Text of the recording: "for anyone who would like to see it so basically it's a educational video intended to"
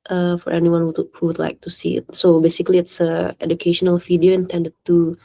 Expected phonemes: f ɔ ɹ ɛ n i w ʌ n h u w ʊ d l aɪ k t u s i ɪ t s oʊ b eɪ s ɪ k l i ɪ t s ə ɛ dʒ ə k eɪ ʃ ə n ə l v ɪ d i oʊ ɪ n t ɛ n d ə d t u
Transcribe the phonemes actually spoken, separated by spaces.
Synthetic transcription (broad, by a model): f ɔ ɹ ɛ n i w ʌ n h u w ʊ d l aɪ k t u s i ɪ t s oʊ b eɪ s ɪ k l i ɪ t s ə ɛ dʒ ə k eɪ ʃ ə n ə l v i d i oʊ ɪ n t ɛ n d ə d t u